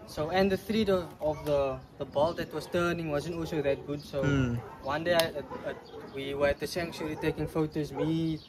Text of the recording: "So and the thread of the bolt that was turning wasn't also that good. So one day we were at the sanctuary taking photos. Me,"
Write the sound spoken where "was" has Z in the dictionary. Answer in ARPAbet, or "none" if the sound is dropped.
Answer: S